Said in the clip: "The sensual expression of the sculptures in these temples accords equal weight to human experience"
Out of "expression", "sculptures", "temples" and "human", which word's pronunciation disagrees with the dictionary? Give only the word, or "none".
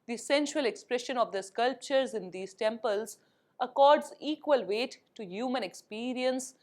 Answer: none